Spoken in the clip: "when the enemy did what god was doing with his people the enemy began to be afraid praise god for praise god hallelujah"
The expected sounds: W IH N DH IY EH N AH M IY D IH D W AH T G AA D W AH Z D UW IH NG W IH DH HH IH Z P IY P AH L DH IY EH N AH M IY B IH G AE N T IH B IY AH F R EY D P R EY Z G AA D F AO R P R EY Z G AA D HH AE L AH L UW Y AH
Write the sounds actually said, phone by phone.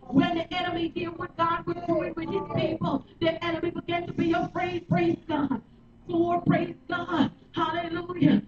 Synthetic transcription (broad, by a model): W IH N DH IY EH N AH M IY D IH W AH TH G AA D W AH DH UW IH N W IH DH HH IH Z P IY P AH L DH IY EH N AH M IY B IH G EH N T IH B IY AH P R EY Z P R EY Z G AA D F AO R P R EY Z G AA D HH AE L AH L UW Y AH